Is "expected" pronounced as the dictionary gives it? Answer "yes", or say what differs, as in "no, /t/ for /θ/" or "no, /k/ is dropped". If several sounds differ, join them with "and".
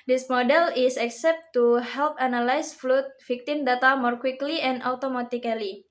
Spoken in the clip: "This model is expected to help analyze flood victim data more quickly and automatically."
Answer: no, /p/ is dropped